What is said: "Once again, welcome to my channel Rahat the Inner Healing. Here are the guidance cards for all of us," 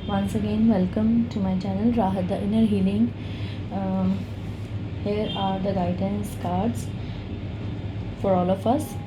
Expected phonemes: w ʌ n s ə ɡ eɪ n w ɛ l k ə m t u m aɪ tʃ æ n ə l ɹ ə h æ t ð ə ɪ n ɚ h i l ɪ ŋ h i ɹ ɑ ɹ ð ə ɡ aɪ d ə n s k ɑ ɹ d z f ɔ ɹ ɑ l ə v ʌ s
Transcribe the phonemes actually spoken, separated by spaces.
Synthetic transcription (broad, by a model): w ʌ n s ə ɡ eɪ n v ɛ l k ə m t u m aɪ tʃ æ n ə l ɹ ə h æ t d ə ɪ n ɚ h i l ɪ ŋ h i ɹ ɑ ɹ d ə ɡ aɪ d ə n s k ɑ ɹ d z f ɔ ɹ ɑ l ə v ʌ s